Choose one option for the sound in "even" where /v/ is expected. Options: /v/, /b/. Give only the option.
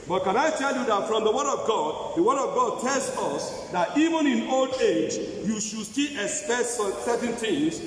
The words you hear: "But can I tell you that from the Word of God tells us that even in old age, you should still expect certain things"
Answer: /v/